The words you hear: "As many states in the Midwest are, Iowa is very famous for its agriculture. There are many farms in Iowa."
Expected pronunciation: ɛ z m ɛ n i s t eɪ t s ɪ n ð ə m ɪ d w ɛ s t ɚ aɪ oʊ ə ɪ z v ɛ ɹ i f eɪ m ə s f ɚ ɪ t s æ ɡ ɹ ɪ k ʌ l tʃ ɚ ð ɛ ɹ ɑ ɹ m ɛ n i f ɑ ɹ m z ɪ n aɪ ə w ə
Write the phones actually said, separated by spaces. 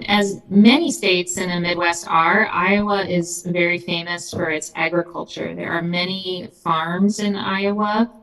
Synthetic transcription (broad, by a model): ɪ z m ɛ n i s t eɪ t s ɪ n ð ə m ɪ d w ɛ s t ɚ aɪ oʊ ə ɪ z v ɛ ɹ i f eɪ m ə s f ɚ ɪ t s æ ɡ ɹ ɪ k ʌ l tʃ ɚ ð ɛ ɹ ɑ ɹ m ɛ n i f ɑ ɹ m z ɪ n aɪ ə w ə